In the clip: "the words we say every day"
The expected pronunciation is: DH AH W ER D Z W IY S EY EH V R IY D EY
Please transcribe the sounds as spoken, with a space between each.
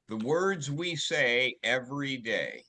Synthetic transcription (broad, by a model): DH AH W ER D Z W IY S EY EH V R IY D EY